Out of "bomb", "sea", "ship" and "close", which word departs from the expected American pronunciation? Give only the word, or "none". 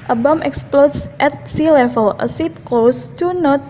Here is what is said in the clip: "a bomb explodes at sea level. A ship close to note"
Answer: ship